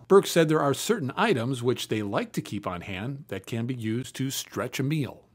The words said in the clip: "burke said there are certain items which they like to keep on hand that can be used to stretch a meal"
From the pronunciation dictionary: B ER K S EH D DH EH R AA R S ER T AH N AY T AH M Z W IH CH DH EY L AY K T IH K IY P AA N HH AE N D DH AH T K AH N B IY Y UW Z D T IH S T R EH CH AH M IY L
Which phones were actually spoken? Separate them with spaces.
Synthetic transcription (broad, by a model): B ER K S EH D DH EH R AA R S ER T N AY T AH M Z W IH CH DH EY L AY K T IH K IY P N HH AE N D DH AH T K AH N B IY Y UW Z T IH S T R EH CH AH M IY L